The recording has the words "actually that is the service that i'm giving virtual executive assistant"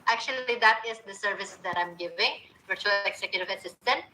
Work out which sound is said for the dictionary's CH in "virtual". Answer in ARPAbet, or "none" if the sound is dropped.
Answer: CH